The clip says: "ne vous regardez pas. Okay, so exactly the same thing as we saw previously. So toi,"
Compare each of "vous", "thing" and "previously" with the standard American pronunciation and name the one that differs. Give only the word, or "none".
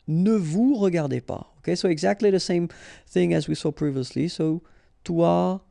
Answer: none